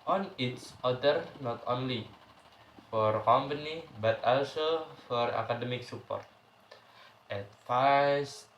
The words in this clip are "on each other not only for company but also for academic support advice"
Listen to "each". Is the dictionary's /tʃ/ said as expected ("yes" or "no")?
no